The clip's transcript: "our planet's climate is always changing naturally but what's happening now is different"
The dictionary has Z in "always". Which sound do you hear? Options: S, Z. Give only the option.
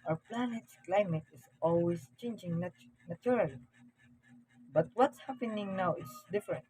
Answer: S